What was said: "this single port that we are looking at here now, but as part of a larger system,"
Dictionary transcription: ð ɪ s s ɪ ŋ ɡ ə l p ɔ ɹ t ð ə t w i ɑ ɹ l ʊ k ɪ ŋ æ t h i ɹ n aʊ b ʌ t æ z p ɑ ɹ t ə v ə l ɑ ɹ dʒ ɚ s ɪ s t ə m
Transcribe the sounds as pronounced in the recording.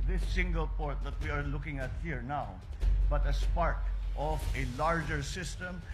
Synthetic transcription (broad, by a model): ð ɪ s s ɪ ŋ ɡ ə l p ɔ ɹ t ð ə t w i ɑ ɹ l ʊ k ɪ ŋ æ t h i ɹ n aʊ b ʌ t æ s p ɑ ɹ t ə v ə l ɑ ɹ dʒ ɚ s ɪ s t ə m